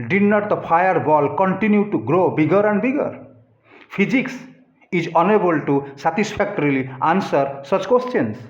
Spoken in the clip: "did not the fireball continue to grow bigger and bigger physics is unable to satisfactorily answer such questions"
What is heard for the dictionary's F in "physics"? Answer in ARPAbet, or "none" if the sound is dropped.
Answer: P